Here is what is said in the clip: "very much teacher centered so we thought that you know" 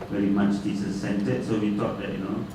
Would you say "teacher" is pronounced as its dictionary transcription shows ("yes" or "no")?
no